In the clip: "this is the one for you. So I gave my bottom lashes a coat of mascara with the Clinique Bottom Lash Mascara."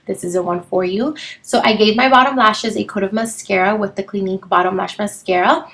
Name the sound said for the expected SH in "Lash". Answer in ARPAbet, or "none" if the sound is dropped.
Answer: SH